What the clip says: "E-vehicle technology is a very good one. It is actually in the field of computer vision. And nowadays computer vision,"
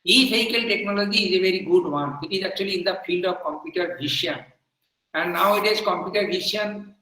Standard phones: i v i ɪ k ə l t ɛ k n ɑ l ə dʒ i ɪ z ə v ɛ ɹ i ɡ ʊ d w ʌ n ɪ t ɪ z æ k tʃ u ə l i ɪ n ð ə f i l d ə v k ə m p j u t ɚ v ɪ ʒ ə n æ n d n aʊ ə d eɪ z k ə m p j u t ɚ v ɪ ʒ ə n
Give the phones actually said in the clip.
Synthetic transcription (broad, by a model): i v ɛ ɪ k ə l t ɛ k n ɑ l ə dʒ i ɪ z ə v ɛ ɹ i ɡ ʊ d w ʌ n ɪ t ɪ z æ k tʃ u ə l i ɪ n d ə f i l d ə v k ə m p j u t ɚ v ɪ ʃ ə n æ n d n aʊ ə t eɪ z k ə m p j u t ɚ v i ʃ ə n